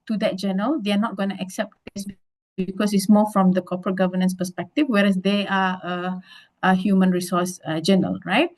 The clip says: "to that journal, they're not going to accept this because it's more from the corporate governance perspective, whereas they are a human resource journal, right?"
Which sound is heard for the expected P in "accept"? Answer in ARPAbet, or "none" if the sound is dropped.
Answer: P